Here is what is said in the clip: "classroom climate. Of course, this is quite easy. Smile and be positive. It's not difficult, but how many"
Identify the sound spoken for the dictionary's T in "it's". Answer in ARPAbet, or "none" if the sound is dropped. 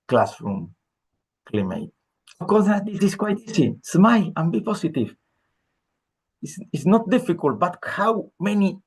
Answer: S